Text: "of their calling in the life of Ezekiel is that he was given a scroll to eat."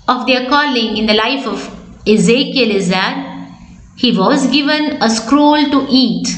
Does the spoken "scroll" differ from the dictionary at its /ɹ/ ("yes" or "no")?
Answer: no